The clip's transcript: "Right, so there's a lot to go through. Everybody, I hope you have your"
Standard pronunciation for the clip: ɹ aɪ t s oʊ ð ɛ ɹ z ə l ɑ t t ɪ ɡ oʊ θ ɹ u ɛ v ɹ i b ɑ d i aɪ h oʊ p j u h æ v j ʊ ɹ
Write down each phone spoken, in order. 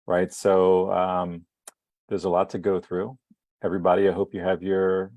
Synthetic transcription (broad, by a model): ɹ aɪ t s oʊ ð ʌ ɹ z ə l ɑ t t ɪ ɡ oʊ θ ɹ u ɛ v ɹ i b ɑ d i aɪ h oʊ p j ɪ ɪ v j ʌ ɹ